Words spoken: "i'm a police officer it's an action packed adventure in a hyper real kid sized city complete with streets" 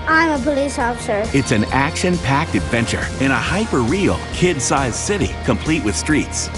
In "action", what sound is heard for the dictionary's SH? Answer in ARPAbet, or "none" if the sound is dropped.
SH